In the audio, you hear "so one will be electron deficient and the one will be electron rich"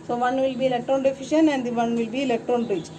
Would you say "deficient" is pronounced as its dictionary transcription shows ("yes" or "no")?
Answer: no